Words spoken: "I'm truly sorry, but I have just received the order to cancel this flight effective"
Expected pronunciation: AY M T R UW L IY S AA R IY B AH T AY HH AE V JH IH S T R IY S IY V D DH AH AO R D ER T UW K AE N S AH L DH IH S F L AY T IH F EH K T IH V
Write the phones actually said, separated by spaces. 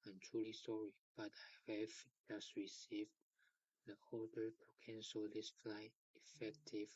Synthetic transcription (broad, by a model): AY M T R UW L IY S AA R IY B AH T AY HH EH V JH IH S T R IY S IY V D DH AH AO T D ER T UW K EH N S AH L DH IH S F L AY IH F EH K T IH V